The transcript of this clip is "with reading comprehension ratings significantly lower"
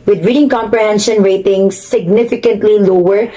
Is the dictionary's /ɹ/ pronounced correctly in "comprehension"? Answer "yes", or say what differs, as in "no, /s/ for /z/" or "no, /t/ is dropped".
yes